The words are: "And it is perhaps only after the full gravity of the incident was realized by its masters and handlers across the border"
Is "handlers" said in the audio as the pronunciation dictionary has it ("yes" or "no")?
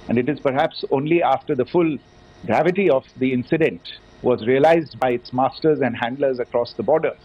yes